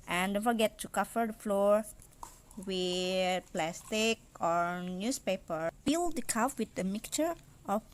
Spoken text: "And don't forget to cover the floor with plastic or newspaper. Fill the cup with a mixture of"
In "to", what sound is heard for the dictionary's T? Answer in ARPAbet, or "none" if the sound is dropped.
T